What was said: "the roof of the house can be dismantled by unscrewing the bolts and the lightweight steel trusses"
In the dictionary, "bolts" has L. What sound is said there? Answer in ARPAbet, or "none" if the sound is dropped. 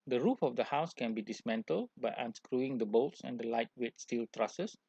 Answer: L